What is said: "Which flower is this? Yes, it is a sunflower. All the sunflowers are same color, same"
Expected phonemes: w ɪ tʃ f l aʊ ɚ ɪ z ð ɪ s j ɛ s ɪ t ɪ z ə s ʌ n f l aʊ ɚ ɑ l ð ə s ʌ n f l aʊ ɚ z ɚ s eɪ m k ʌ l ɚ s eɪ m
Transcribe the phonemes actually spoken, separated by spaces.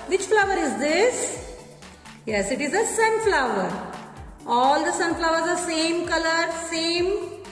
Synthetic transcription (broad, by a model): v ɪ tʃ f l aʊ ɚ ɪ z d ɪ s j ɛ s ɪ t ɪ z ə s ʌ n f l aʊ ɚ ɑ l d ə s ʌ n f l aʊ ɚ z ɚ s eɪ m k ʌ l ɚ s eɪ m